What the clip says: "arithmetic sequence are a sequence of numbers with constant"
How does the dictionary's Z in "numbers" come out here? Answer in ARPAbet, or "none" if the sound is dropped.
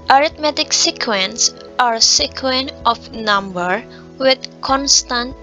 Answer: none